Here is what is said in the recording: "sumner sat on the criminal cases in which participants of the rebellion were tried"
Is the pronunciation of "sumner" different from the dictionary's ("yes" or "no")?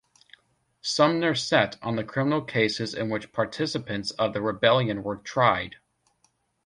no